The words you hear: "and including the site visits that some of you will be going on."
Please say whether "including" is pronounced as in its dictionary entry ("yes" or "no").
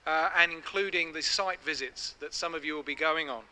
yes